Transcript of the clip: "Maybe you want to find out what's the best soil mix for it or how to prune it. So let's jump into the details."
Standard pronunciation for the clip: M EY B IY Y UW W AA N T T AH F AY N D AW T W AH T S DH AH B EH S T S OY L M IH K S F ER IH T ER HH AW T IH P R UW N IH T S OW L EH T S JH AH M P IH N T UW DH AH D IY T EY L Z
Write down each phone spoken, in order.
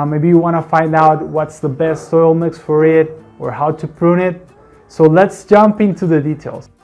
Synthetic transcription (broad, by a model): M EY B IY Y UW W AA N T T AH F AY N D AW T W AH T S DH AH B EH S T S OY L M IH K S F ER IH T ER HH AW T IH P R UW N IH T S OW L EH T S JH AH M P IH N T UW DH AH D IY T EY L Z